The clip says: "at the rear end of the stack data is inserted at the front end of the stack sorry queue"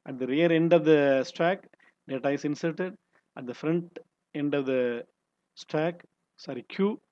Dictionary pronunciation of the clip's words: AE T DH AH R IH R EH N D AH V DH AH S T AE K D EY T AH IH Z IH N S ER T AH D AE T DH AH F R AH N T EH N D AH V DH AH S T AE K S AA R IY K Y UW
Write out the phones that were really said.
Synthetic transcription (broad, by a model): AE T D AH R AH R EH N D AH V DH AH S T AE K D EY T AH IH S IH N S ER T AH D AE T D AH F R AH N T EH N D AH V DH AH S T AE K S AA R IY K Y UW